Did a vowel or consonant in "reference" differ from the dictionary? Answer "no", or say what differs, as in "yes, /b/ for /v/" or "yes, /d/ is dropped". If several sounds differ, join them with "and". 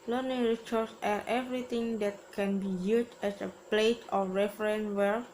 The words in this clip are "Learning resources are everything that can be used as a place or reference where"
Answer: yes, /s/ is dropped